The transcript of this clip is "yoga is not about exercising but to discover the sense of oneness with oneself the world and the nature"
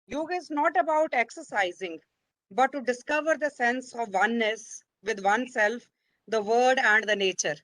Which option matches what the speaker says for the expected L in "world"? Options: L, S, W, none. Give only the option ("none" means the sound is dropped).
none